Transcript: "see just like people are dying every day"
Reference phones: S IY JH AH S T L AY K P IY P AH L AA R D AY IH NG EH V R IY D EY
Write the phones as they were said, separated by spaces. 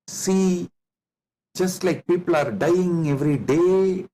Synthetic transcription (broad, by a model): S IY JH AH S T L AY K P IY P AH L AA R D AY IH NG EH V R IY D EY